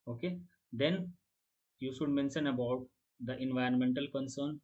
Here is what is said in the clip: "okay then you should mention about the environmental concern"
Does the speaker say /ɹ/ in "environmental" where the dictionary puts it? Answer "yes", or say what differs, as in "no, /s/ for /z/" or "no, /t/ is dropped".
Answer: yes